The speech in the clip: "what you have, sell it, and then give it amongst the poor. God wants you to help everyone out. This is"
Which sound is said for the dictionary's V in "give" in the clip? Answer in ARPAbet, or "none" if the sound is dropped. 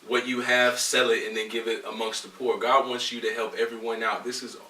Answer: V